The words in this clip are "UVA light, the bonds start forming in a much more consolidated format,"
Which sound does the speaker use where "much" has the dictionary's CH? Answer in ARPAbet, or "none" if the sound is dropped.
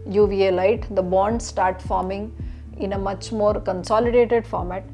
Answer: CH